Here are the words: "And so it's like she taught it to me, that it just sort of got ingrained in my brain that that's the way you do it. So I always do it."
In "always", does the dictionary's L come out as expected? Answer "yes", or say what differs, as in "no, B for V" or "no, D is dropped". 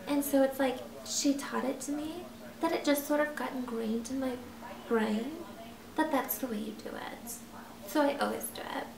yes